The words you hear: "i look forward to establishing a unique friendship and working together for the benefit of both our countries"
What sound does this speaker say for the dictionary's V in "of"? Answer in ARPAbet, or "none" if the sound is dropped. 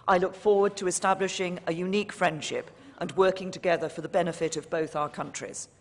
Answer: V